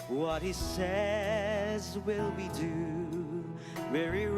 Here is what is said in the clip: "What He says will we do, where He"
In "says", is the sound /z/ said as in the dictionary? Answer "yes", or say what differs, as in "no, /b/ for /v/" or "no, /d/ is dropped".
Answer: yes